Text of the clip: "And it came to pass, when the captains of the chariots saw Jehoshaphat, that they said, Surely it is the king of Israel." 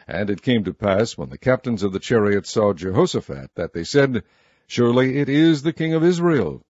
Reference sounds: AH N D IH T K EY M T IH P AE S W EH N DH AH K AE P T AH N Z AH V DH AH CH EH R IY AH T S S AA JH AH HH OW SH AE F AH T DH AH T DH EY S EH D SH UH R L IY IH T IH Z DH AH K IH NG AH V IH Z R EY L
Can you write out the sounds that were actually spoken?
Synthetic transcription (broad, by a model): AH N IH T K EY M T IH P AE S W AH N DH AH K AE P T AH N Z AH V DH AH CH EH R IY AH T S S AA JH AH HH OW S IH F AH T DH AH T DH EY S EH D SH UH R L IY IH T IH Z DH AH K IH NG AH V IH Z R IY L